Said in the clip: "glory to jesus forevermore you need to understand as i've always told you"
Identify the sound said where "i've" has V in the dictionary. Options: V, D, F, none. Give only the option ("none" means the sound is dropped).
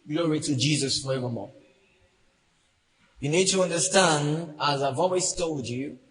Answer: V